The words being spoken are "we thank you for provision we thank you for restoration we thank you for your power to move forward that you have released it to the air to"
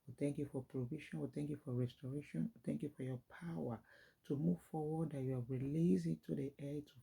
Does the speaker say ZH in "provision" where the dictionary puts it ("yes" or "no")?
no